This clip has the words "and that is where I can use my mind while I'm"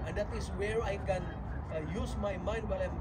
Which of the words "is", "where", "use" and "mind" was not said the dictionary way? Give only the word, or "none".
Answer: is